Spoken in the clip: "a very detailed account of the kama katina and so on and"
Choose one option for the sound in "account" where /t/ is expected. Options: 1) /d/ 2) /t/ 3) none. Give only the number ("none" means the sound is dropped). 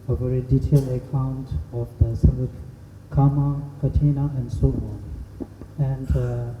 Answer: 2